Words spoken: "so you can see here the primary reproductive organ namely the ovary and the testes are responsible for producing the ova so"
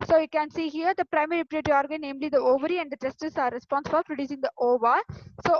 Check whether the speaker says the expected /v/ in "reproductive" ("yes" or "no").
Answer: no